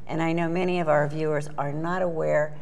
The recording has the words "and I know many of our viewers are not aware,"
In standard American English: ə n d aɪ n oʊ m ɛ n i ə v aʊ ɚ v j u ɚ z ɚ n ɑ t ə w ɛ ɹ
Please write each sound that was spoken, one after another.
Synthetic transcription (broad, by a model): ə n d aɪ n oʊ m ɛ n i ə v aʊ ɚ v j u ɚ z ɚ n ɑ t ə w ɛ ɹ